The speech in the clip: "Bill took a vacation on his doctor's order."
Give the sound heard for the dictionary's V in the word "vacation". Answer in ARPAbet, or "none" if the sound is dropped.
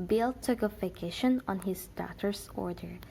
F